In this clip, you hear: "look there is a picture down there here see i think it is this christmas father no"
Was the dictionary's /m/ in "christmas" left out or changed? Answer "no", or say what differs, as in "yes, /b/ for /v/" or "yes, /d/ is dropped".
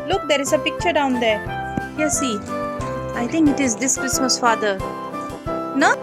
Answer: no